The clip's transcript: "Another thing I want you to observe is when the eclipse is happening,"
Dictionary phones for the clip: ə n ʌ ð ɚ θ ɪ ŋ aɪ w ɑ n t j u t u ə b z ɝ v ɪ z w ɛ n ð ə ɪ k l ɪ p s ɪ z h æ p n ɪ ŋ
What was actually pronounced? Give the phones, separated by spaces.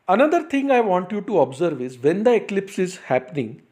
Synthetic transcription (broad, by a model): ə n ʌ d ɚ t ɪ ŋ aɪ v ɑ n t j u t u ə b z ɝ v ɪ z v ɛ n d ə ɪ k l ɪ p s ɪ z h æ p n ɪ ŋ